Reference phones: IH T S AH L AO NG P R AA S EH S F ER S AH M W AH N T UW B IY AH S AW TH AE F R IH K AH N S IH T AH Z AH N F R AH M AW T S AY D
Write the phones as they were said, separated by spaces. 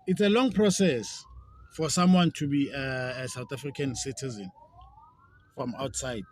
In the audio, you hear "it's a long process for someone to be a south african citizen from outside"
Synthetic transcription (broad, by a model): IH T S AH L AO NG P R AA S EH S F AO S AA M W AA N T UW B IY S AW T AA F R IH K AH N S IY T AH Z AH N F R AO M AW T S AY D